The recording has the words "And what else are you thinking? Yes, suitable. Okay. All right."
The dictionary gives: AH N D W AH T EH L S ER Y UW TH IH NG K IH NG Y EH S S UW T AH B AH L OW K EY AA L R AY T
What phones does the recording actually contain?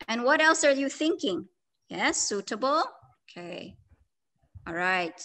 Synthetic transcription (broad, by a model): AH N W AH T EH L S ER Y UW TH IH NG K IH NG Y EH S S UW T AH B L OW K EY AA L R AY T